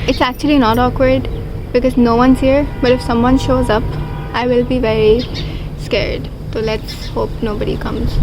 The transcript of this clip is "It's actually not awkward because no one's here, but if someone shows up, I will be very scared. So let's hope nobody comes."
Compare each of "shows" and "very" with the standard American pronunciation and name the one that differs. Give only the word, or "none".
none